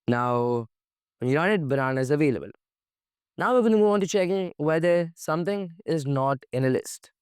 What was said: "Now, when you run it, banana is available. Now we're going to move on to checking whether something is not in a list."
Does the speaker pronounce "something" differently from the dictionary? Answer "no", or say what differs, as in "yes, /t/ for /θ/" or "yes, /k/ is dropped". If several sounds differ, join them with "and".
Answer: yes, /t/ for /θ/